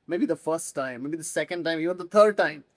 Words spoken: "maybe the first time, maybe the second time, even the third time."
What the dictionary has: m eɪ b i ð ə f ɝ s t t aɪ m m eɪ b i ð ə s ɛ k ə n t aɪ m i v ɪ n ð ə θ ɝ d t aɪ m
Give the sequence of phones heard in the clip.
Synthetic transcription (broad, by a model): m eɪ b i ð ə f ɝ s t t aɪ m m eɪ b i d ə s ɛ k ə n t aɪ m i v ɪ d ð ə t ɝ d t aɪ m